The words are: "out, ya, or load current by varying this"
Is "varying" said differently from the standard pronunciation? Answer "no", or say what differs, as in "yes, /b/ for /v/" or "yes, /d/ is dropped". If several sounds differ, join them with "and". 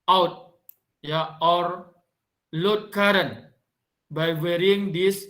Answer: yes, /w/ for /v/